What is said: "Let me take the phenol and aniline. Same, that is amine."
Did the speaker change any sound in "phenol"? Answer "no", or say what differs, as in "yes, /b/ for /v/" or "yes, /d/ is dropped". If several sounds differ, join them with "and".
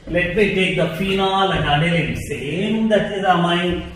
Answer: no